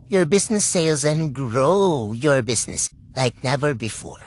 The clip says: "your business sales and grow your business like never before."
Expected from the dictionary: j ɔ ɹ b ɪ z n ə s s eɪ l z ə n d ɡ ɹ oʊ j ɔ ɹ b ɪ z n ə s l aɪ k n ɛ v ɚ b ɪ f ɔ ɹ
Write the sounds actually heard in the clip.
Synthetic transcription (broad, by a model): j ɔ ɹ b ɪ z n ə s s eɪ l z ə n ɡ ɹ oʊ j ɔ ɹ b ɪ z n ə s l aɪ k n ɛ v ɚ b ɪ f ɔ ɹ